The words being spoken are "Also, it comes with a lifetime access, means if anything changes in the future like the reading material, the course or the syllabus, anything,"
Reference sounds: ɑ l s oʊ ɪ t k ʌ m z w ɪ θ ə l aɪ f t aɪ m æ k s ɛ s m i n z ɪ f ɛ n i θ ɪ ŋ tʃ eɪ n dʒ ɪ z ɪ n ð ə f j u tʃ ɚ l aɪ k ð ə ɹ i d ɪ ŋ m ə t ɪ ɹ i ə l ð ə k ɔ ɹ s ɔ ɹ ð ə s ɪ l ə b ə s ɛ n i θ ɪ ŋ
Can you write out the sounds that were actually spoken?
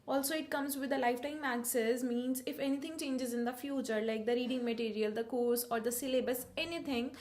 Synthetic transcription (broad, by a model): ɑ l s oʊ ɪ t k ʌ m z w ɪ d ə l aɪ f t aɪ m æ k s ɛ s m i n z ɪ f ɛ n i t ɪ ŋ tʃ eɪ n dʒ ɪ z ɪ n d ə f j u tʃ ɚ l aɪ k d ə ɹ i d ɪ ŋ m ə t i ɹ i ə l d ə k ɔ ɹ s ɔ ɹ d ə s ɪ l ə b ə s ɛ n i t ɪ ŋ